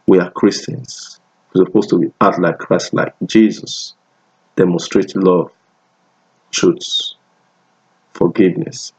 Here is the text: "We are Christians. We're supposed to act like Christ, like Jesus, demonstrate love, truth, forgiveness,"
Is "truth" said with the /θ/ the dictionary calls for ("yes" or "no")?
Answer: no